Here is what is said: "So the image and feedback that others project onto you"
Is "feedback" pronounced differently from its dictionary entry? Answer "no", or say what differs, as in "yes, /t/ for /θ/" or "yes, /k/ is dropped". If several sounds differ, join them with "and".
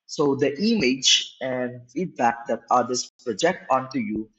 no